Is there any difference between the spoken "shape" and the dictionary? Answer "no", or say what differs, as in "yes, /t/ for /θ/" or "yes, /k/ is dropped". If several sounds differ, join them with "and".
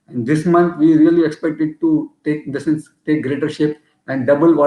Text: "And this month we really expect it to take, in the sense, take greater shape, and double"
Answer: no